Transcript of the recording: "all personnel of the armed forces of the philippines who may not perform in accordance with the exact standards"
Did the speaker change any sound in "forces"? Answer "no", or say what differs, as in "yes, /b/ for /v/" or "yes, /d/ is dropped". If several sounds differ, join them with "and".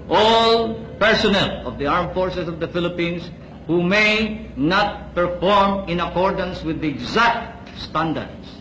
yes, /s/ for /z/